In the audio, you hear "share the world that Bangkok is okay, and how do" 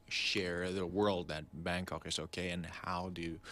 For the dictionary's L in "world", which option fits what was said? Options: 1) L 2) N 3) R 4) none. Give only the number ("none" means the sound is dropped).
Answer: 1